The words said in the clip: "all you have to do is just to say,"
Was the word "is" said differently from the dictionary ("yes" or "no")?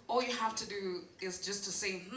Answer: no